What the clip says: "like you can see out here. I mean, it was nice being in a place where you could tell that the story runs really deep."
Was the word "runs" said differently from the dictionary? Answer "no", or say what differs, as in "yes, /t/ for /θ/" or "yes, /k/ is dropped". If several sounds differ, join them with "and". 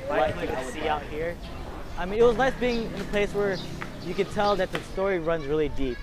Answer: no